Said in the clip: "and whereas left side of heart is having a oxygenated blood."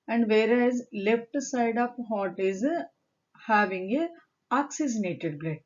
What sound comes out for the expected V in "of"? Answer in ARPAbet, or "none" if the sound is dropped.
P